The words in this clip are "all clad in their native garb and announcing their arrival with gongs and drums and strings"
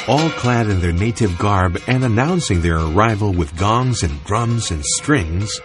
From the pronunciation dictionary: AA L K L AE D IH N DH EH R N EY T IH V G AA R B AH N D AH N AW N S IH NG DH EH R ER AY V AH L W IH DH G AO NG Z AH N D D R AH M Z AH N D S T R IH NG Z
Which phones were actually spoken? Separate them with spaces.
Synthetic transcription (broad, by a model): AA L K L AE D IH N DH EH R N EY T IH V G AA R B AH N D AH N AW N S IH NG DH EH R ER AY V AH L W IH DH G AO NG Z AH N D D R AH M Z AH N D S T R IH NG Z